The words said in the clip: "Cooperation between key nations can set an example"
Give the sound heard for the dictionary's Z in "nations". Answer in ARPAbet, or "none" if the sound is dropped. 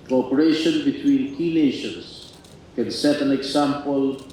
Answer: S